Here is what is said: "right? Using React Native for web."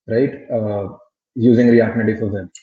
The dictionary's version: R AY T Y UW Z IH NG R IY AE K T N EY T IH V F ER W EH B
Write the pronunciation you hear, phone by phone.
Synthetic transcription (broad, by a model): R AY T Y UW Z IH NG R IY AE T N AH T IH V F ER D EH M